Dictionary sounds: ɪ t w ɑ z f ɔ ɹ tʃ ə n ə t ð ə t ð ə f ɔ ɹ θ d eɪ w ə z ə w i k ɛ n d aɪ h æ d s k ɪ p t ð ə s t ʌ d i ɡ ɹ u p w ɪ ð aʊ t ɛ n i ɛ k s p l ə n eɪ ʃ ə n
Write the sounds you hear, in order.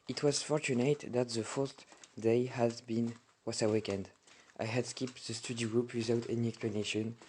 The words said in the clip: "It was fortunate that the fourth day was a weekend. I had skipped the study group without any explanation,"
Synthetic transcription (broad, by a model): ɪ t w ɑ z f ɔ ɹ tʃ ə n ə t ð ə t ð ə f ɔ ɹ t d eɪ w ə s ə w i k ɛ n d aɪ h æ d s k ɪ p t ð ə s t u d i ɡ ɹ u p w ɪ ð aʊ t ɛ n i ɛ k s p l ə n eɪ ʃ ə n